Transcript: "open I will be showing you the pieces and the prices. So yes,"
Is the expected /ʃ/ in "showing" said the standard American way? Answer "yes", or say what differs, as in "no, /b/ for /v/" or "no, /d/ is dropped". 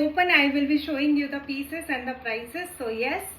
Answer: yes